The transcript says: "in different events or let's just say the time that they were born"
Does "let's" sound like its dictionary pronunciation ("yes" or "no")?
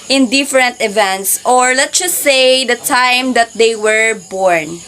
no